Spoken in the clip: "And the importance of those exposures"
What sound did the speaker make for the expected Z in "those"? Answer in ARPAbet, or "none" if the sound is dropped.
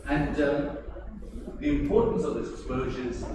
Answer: none